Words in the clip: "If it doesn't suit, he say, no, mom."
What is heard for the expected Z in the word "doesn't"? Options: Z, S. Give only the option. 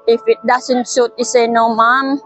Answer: S